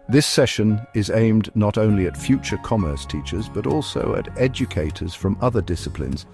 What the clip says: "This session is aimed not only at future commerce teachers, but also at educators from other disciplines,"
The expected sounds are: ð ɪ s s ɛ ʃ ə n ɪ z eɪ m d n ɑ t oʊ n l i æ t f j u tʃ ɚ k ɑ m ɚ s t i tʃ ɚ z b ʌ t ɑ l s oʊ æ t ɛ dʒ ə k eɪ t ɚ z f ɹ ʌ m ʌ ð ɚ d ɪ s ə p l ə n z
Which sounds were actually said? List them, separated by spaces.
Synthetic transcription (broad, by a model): ð ɪ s s ɛ ʃ ə n ɪ z eɪ m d n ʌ t oʊ n l i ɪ t f j u tʃ ɚ k ɑ m ɚ s t i tʃ ɚ z b ʌ t ɑ l s oʊ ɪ t ɛ dʒ ə k eɪ t ɚ z f ɹ ʌ m ʌ ð ɚ d ɪ s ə p l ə n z